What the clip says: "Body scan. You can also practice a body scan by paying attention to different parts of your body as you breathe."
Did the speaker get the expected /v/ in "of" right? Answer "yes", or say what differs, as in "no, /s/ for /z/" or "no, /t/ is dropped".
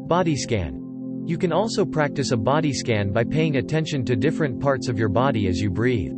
yes